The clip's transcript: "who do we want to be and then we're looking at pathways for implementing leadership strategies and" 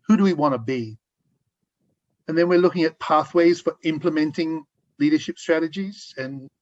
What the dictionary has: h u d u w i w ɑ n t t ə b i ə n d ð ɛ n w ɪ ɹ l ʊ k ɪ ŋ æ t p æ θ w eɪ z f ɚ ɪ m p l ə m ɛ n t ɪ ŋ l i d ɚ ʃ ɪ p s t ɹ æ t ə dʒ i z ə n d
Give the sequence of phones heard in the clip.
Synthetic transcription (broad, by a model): h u d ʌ w i w ɑ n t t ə b i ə n ð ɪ n w ɪ ɹ l ʊ k ɪ ŋ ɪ t p æ θ w eɪ z f ɚ ɪ m p l ə m ɛ n t ɪ ŋ l i d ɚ ʃ ɪ p s t ɹ æ t ə dʒ i z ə n